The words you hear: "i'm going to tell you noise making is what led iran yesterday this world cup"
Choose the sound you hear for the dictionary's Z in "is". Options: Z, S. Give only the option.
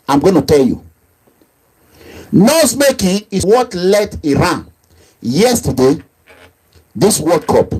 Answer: S